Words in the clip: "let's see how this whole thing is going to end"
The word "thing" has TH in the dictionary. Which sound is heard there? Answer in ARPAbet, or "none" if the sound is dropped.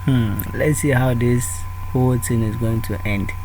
T